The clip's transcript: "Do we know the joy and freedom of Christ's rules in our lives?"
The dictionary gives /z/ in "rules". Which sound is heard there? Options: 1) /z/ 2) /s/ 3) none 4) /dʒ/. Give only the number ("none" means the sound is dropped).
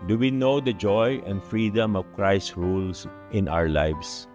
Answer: 2